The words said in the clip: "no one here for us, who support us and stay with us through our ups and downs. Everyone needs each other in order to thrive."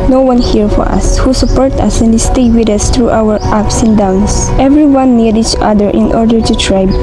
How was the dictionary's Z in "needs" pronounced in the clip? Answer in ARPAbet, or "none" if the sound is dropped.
none